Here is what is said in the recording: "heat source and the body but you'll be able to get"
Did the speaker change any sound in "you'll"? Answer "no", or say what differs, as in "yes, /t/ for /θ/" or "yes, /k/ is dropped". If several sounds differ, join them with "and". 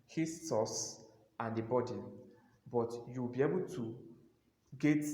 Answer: yes, /w/ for /l/